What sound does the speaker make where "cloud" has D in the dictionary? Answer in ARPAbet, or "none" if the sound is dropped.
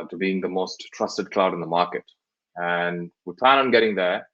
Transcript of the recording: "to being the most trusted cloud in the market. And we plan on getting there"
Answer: D